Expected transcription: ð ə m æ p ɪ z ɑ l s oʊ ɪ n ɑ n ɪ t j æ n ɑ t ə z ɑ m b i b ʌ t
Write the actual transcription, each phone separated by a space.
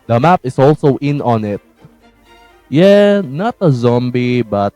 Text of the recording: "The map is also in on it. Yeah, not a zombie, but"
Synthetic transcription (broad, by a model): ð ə m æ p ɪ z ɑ l s oʊ ɪ n ɑ n ɪ t j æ n ɑ t ə z ɑ m b i b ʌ t